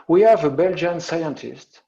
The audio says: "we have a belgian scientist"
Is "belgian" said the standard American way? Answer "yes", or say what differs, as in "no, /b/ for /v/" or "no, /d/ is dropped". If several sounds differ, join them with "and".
yes